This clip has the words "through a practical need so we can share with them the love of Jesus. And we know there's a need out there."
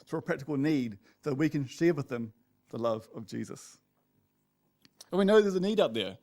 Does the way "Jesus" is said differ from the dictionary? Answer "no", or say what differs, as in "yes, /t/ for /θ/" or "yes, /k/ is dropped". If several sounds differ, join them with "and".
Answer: no